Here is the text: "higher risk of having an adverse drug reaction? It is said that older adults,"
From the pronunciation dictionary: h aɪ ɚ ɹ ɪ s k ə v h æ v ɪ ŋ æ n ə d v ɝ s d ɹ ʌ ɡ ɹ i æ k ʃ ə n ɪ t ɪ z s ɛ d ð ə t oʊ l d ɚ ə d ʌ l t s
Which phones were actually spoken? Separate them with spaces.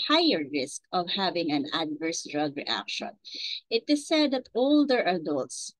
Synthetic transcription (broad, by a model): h aɪ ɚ ɹ ɪ s k ə v h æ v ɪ ŋ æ n ə d v ɝ s d ɹ ʌ ɡ ɹ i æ k ʃ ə n ɪ t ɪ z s ɛ d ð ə t oʊ l d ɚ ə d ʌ l t s